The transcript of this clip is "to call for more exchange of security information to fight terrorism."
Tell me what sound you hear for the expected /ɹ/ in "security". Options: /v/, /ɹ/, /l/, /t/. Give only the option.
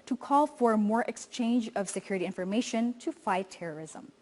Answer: /ɹ/